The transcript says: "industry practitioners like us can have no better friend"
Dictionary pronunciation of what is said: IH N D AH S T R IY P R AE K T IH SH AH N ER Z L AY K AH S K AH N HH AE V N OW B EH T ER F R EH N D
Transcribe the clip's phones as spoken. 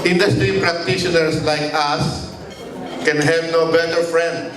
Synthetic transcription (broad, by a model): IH N D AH S T R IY P R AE K T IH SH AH N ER S L AY K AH S K AH N HH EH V N OW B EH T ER F R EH N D